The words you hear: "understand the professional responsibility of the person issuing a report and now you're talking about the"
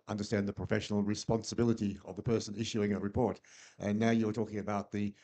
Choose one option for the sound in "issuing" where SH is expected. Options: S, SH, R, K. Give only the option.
SH